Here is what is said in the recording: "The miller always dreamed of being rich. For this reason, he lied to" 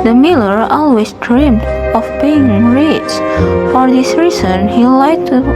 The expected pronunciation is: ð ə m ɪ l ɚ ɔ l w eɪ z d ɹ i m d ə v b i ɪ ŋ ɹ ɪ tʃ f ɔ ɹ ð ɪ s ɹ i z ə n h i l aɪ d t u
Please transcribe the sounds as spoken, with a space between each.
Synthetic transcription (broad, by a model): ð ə m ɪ l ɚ ɔ l w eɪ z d ɹ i m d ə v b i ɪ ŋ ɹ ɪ s f ɔ ɹ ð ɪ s ɹ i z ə n h i l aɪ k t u